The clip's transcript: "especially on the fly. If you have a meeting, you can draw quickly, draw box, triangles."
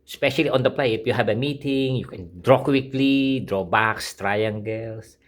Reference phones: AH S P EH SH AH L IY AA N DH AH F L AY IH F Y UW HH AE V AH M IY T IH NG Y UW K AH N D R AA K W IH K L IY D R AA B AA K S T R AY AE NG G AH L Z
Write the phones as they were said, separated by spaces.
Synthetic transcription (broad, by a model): S P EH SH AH L IY AA N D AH P L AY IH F Y UW HH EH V AH M IY T IH NG Y UW K AH N D R AA K W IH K L IY D R AA B AA K S T R AY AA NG G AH L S